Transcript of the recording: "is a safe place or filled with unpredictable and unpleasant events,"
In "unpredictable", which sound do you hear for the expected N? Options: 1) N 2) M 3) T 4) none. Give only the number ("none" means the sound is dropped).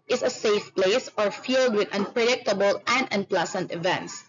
1